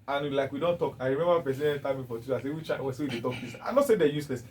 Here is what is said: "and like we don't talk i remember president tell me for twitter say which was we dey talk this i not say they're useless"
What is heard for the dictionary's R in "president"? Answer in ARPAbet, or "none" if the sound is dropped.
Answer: none